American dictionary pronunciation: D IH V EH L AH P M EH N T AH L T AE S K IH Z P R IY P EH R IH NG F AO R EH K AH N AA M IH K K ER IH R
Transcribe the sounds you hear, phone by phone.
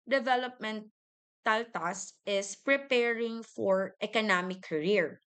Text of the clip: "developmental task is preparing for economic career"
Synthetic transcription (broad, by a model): D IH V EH L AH P M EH N T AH L T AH S IH S P R IY P EH R IH NG F AO R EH K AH N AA M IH K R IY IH R